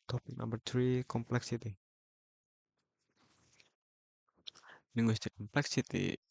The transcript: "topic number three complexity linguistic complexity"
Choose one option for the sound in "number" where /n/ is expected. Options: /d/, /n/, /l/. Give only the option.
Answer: /l/